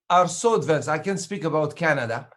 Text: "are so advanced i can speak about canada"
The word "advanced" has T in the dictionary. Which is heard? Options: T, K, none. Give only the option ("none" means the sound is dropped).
none